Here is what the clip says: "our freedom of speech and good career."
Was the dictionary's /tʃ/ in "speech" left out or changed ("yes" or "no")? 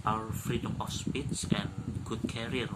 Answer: yes